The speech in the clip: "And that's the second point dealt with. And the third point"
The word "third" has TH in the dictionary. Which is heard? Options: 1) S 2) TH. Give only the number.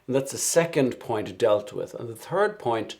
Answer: 2